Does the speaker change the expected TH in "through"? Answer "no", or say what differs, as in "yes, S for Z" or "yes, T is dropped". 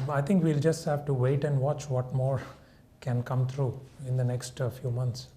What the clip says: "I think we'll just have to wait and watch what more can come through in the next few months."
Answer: yes, T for TH